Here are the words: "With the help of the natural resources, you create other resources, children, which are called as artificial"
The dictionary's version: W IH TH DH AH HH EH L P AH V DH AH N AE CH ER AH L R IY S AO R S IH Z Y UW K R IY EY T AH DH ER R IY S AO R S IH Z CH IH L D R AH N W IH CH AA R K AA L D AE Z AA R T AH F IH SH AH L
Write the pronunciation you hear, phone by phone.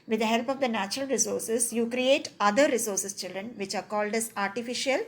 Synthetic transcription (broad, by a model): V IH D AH HH EH L P AH V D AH N AE CH ER AH L R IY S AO R S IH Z Y UW K R IY EY T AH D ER R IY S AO R S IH S CH IH L D R AH N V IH CH AA R K AA L D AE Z AA R T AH F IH SH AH L